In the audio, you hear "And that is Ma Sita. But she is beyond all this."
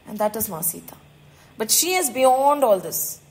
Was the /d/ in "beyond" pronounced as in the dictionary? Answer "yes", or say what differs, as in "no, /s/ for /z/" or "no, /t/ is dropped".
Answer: yes